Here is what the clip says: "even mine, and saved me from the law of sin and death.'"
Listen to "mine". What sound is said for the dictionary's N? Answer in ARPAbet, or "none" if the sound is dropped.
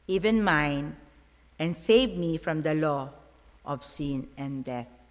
N